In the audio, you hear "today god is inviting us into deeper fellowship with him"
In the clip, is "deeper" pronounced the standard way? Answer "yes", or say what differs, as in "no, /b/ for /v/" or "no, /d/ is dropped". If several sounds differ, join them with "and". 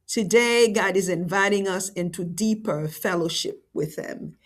yes